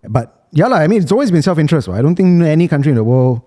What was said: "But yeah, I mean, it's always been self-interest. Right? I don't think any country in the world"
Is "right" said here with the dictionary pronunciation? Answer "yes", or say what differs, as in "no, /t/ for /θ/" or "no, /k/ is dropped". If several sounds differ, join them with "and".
no, /w/ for /ɹ/ and /t/ is dropped